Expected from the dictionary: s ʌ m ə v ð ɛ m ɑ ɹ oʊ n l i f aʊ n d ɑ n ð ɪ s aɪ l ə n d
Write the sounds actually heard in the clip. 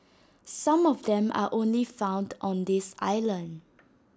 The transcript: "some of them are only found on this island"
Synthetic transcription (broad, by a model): s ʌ m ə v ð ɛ m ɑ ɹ oʊ n l i f aʊ n d ɑ n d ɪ s aɪ l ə n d